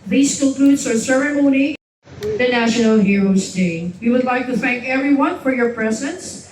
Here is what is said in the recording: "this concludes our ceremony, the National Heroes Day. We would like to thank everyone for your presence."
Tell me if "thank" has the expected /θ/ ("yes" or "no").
yes